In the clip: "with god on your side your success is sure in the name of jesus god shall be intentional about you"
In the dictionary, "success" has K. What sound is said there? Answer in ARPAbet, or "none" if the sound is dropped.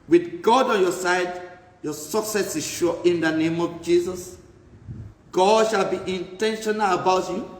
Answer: K